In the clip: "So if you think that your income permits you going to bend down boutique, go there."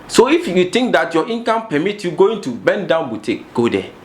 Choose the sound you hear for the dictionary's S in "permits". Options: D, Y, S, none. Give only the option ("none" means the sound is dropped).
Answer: none